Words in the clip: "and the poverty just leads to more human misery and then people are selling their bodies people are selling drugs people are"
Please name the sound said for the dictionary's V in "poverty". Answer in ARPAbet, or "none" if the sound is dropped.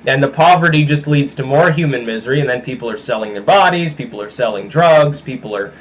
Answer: V